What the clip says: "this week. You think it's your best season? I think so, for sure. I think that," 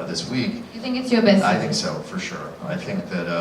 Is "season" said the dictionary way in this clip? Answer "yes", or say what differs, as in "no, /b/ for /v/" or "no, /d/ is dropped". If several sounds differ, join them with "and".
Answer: no, /n/ is dropped